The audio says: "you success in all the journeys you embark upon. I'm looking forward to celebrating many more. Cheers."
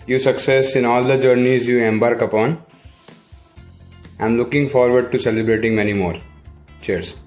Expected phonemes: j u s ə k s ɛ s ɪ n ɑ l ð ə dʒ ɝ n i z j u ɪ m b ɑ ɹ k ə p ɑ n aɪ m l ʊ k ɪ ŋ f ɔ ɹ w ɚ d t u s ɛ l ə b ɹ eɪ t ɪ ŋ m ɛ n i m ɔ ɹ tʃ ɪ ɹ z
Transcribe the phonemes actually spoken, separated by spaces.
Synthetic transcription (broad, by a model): j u s ə k s ɛ s ɪ n ɑ l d ə dʒ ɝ n i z j u ɪ m b ɑ ɹ k ə p ɑ n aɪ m l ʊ k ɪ ŋ f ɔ ɹ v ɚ d t u s ɛ l ə b ɹ eɪ t ɪ ŋ m ɛ n i m ɔ ɹ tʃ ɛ ɹ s